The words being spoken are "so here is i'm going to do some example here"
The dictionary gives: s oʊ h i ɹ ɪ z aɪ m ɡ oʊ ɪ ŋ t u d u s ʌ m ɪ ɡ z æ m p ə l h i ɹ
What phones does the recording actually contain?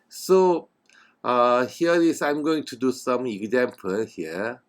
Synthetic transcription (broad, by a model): s oʊ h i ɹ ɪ s aɪ m ɡ oʊ ɪ ŋ t u d u s ʌ m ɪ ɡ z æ m p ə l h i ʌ